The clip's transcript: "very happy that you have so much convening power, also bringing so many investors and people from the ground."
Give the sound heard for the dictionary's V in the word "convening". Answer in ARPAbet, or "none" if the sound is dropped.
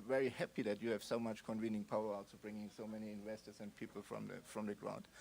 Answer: V